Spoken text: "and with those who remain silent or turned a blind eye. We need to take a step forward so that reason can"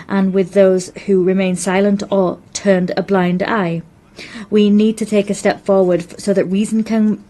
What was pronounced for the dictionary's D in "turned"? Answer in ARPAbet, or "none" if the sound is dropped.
D